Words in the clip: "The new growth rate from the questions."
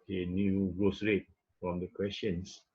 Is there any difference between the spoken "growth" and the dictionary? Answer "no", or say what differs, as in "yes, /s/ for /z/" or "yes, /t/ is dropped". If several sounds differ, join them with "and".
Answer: yes, /s/ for /θ/